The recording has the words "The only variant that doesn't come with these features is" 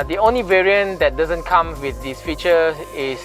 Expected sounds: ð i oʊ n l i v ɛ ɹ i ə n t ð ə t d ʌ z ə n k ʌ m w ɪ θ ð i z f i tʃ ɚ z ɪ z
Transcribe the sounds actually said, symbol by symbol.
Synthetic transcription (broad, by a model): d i oʊ n l i v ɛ ɹ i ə n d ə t d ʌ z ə n k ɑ m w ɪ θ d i s f i tʃ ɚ ɪ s